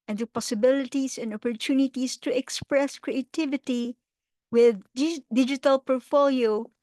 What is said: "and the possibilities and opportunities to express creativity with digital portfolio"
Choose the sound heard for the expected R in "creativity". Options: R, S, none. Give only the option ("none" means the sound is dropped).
R